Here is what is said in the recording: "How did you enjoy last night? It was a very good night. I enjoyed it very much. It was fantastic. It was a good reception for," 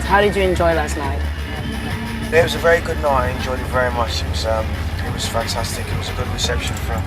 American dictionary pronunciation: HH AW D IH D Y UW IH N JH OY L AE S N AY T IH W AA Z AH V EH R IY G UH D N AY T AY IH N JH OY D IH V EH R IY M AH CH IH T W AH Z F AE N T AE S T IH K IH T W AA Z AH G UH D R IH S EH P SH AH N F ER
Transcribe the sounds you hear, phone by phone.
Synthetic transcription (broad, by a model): HH AW D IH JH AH IH N JH OY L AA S N AY T IH W AA Z AH V EH R IY G UH D N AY AY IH N JH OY IH V EH R IY M AH CH IH T W AH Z F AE N T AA S T IH K IH T W AA Z AH G UH D R IH S EH P SH AH N F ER